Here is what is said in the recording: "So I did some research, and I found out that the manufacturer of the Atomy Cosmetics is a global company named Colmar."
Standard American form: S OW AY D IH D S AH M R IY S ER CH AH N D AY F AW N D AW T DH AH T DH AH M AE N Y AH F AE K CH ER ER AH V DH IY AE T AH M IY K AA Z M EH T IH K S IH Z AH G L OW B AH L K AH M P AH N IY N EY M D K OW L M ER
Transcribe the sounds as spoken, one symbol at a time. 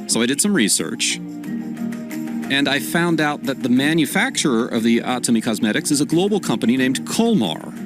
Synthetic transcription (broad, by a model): S OW AY D IH D S AH M R IY S ER CH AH N AY F AW N D AW T DH AH T DH AH M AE N Y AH F AE K CH ER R AH V DH IY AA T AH M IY K AA Z M EH T IH K S IH Z AH G L OW B L K AH M P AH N IY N EY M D K OW L M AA